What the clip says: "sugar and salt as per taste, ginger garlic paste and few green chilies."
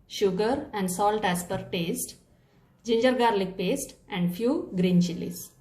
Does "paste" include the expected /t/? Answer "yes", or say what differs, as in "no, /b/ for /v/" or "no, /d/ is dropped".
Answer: yes